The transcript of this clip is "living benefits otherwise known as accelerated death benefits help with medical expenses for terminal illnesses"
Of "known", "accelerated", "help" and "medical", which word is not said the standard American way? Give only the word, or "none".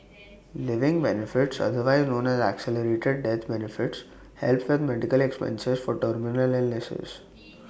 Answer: none